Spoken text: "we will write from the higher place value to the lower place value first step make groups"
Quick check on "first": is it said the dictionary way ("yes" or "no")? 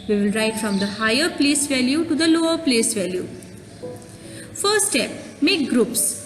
no